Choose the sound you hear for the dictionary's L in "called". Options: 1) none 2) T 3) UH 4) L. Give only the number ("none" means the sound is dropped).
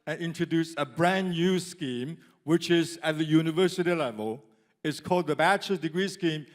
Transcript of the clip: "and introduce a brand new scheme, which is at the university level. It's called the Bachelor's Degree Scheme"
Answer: 4